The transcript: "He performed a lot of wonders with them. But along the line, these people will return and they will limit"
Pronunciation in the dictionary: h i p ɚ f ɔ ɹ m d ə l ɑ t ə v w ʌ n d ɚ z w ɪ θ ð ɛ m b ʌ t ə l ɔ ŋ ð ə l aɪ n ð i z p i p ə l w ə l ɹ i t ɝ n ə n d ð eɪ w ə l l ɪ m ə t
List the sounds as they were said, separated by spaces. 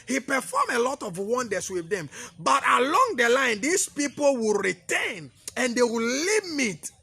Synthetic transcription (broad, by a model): h i p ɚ f ɔ m ə l ɑ t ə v w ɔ n d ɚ s w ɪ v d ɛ m b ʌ t ə l ɔ ŋ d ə l aɪ n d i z p i p ə l w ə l ɹ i t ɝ n ə n d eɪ w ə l l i m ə t